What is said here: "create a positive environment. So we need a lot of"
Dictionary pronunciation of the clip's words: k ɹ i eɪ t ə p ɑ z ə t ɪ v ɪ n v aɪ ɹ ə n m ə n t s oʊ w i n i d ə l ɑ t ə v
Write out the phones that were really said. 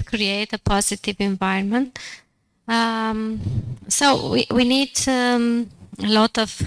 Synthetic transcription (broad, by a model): k ɹ i eɪ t ə p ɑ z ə t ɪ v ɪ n v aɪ ə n m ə n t s oʊ w i n i d ə l ɑ t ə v